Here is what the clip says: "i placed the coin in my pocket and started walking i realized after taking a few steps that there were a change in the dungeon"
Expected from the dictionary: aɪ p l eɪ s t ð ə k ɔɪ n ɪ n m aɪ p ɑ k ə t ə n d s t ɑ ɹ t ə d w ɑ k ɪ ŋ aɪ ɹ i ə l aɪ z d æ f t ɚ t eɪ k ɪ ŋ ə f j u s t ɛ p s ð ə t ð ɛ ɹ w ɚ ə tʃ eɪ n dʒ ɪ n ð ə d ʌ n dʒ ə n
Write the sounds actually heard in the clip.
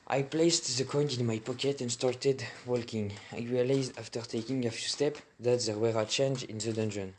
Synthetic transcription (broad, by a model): aɪ p l eɪ s t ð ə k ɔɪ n ɪ n m aɪ p ɑ k ə t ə n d s t ɑ ɹ t ə d w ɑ k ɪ ŋ aɪ ɹ i ə l aɪ z d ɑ f t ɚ t eɪ k ɪ ŋ ə f j u s t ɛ p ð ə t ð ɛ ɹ w ɚ ə tʃ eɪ n dʒ ɪ n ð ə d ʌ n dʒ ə n